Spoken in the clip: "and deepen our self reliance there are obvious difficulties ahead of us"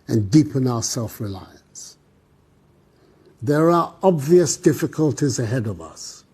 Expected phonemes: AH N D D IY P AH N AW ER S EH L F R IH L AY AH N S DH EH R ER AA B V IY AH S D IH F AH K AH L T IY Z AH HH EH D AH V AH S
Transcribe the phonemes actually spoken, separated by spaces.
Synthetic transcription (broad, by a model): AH N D D IY P AH N AW ER S EH L F R IH L AY AH N S DH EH R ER AA B V IY AH S D IH F AH K AH L T IY Z AH HH EH D AH V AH S